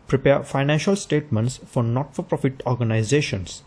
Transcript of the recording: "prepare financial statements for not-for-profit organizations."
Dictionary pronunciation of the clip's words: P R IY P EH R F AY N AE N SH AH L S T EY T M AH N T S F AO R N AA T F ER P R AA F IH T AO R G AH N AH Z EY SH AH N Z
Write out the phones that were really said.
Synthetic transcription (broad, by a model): P R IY P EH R F AY N AE N SH AH L S T EY T M AH N T S F AO R N AA T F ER P R AA F IH T AO R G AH N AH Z EY SH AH N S